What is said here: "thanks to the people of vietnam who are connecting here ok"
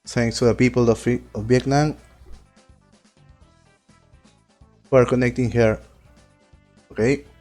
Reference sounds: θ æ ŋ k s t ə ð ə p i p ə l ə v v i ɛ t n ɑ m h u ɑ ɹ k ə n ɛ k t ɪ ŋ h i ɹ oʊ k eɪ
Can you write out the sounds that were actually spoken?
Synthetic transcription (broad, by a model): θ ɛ ŋ k s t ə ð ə p i p ə l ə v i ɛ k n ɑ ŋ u ɑ ɹ k ə n ɛ k t ɪ ŋ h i ɹ oʊ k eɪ